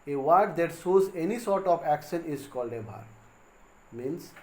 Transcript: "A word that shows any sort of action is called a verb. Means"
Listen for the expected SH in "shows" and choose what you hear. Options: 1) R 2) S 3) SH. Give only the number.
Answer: 2